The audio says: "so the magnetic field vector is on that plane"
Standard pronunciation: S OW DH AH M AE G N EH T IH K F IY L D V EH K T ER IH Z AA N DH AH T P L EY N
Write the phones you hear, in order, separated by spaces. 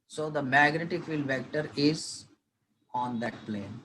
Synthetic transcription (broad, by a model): S OW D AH M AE G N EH T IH F IY L D V EH K T ER IH Z AA N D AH T P L EY N